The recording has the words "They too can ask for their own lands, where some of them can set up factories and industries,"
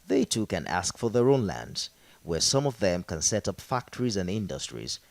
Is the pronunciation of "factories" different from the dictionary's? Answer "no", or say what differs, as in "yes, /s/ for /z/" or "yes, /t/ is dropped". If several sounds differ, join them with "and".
no